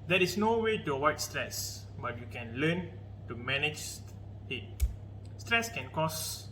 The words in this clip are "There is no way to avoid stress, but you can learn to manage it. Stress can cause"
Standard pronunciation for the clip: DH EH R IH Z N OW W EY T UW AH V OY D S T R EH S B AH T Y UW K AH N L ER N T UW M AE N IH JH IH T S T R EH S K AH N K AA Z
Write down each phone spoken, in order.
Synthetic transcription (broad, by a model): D EH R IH S N OW W EY T UW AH W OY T S T R EH S B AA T Y UW K AH N L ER N T UW M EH N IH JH IH T S T R EH S K AH N K AA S